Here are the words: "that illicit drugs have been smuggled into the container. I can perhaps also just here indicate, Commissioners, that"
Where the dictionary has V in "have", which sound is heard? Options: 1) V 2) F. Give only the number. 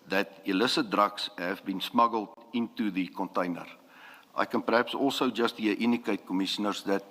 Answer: 1